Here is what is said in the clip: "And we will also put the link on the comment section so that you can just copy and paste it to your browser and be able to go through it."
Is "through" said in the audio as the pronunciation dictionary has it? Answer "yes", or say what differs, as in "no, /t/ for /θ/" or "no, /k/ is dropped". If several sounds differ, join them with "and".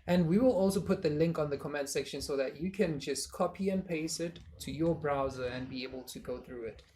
yes